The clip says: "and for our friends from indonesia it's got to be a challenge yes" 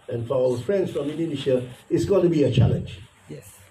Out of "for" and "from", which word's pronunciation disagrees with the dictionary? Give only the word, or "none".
for